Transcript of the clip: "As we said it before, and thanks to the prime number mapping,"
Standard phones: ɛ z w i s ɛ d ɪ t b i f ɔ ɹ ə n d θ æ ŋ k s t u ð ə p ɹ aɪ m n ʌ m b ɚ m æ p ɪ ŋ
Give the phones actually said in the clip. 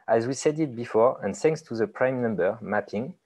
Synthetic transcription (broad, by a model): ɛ z w i s ɛ d ɪ t b i f ɔ ɹ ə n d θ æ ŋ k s t u ð ə p ɹ aɪ m n ʌ m b ɚ m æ p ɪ ŋ